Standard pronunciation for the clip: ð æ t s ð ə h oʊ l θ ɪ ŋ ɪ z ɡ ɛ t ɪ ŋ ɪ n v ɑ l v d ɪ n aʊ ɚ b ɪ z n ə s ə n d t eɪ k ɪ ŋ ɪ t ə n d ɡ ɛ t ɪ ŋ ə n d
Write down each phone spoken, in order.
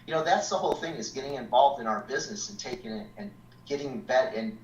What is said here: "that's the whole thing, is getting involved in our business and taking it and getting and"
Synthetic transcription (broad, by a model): ð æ t s ð ə h oʊ l θ ɪ ŋ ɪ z ɡ ɛ t ɪ ŋ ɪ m v ɑ l v d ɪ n aʊ ɚ b ɪ z n ə s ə n t eɪ k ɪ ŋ ɪ t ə n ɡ ɛ t ɪ ŋ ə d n